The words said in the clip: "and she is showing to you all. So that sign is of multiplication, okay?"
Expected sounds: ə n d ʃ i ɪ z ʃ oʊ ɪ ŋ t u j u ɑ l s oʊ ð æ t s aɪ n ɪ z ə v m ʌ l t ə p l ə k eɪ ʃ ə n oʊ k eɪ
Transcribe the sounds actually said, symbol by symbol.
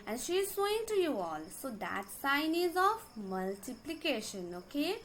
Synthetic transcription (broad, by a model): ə n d ʃ i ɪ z s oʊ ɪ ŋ t u j u ɑ l s oʊ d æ t s aɪ n ɪ z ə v m ʌ l t ə p l ə k eɪ ʃ ə n oʊ k eɪ